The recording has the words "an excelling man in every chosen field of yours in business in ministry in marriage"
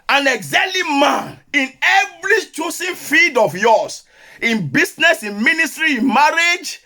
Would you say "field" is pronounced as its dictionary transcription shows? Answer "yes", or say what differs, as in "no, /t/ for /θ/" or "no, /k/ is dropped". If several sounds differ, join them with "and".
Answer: no, /l/ is dropped